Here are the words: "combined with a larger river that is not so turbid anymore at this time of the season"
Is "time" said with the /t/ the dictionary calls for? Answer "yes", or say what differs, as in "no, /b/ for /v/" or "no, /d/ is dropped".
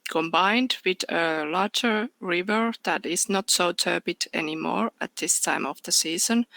yes